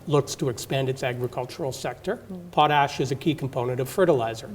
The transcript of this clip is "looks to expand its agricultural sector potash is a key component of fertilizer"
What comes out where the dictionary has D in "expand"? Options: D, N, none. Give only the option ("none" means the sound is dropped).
D